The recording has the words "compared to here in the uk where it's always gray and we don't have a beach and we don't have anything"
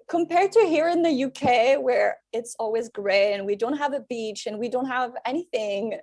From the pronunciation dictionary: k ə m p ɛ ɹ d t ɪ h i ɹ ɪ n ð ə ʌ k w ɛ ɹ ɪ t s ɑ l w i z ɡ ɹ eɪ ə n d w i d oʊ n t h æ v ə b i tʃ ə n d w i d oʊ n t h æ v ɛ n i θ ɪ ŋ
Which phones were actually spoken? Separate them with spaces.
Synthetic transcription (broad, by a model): k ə m p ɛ ɹ d t ɪ h i ɹ ɪ n ð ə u k w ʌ ɹ ɪ t s ɑ l w i z ɡ ɹ eɪ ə n w i d oʊ n t h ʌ v ə b i tʃ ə n w i d oʊ n t h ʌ v ɛ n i θ ɪ ŋ